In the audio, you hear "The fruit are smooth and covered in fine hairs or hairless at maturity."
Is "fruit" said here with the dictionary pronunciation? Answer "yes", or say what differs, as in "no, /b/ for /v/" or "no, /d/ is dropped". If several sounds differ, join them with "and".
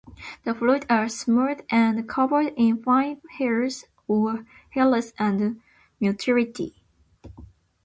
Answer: no, /l/ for /ɹ/